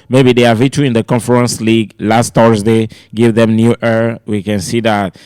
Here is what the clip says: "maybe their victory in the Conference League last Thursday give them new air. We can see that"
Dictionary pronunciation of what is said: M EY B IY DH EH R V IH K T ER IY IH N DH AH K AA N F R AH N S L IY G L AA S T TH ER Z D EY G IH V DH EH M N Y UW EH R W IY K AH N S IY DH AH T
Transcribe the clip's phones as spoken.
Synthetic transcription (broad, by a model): M EY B IY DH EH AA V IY T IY IH N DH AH K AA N F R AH N S L IY G L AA S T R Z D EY G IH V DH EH M N Y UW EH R W IY K AH N S IY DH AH T